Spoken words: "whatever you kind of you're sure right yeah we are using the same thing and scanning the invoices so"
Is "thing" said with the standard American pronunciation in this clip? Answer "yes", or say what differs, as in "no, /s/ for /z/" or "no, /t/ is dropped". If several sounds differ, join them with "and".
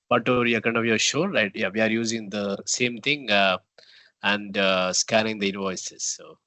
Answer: no, /t/ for /θ/